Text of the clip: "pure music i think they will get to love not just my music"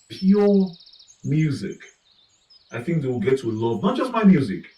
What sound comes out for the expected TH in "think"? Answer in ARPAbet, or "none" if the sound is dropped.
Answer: TH